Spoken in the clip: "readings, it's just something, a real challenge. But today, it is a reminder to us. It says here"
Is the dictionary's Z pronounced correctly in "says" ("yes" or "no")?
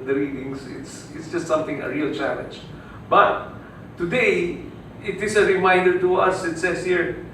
no